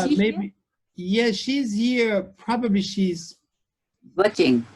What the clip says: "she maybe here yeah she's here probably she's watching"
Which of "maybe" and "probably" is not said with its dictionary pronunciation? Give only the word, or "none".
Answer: maybe